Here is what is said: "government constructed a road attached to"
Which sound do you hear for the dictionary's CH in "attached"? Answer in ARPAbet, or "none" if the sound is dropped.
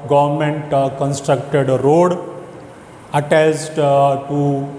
S